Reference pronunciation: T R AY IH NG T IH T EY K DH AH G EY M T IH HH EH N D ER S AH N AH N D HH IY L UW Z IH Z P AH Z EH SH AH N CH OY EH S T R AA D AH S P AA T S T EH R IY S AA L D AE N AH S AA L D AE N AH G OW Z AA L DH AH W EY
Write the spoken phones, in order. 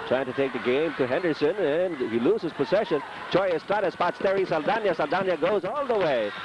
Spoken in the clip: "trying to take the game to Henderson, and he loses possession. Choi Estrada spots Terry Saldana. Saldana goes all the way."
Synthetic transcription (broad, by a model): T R AY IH NG T IH T EY K DH AH G EY M T IH HH EH N D ER S AH N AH N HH IY L UW Z IH Z P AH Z EH SH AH N CH OY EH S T AA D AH S P AA T S T EH R IY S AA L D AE N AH S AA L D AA N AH G OW Z AA L DH AH W EY